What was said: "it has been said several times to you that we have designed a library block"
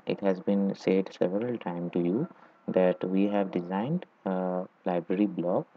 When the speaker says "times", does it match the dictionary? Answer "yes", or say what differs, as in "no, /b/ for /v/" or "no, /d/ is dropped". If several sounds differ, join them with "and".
no, /z/ is dropped